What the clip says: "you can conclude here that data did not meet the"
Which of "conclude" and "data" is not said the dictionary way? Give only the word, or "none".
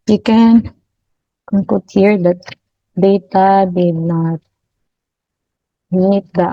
conclude